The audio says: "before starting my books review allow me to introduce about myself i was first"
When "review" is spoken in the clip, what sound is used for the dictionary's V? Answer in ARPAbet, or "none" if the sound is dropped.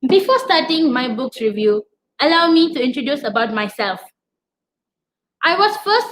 V